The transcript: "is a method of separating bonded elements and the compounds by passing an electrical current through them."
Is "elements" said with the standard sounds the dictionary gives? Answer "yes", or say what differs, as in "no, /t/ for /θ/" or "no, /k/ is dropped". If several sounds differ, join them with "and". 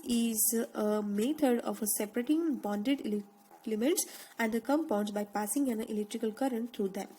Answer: no, /n/ is dropped